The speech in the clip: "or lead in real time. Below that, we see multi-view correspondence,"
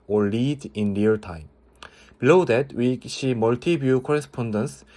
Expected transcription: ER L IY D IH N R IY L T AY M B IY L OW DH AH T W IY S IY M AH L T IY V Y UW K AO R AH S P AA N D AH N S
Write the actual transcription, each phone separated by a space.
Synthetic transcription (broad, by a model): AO L IY D IH N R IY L T AY M B IY L OW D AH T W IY SH IY M AH L T IY B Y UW K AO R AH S P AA N D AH N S